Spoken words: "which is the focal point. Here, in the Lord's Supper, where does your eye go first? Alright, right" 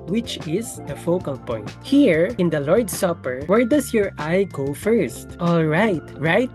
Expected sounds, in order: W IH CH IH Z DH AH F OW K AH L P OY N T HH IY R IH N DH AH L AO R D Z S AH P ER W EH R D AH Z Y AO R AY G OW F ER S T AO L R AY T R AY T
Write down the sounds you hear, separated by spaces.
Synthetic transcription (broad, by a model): W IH CH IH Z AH F OW K AH L P OY N T HH IY R IH N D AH L AO R D S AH P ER W EH R D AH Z Y AO R AY G OW F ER S T AO L R AY T R AY T